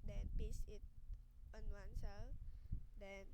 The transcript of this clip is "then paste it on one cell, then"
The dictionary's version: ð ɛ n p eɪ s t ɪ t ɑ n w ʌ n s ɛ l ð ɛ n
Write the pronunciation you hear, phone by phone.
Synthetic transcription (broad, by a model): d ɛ n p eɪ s ɪ t ɑ n w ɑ n s ɛ l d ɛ n